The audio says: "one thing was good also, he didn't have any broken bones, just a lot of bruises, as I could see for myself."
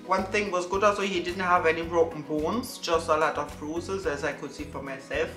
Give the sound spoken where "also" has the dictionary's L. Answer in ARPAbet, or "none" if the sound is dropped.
none